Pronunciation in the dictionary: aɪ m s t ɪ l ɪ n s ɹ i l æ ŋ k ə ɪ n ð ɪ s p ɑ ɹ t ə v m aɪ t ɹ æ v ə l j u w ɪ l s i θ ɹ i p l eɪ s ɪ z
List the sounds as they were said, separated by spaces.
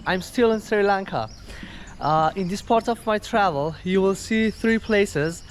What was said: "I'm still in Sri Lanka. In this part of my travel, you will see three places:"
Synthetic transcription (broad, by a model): aɪ m s t ɪ l ɪ n s ɹ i l æ ŋ k ə ɪ n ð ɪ s p ɑ ɹ t ə v m aɪ t ɹ æ v ə l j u w ɪ l s i θ ɹ i p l eɪ s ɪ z